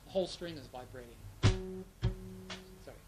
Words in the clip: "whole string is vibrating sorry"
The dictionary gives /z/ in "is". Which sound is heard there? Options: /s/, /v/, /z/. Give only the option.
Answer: /z/